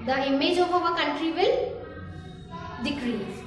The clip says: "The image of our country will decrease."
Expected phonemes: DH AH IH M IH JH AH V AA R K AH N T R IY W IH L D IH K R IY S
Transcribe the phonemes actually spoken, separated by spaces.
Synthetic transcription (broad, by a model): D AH IH M IH JH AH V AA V K AH N T R IY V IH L D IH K R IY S